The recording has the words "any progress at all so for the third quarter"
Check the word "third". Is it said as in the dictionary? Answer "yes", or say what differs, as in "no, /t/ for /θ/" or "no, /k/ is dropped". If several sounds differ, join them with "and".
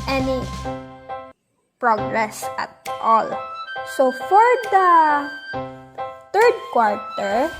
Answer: no, /t/ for /θ/